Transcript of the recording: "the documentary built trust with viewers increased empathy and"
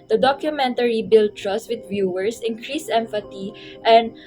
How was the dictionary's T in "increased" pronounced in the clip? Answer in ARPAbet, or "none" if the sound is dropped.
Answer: none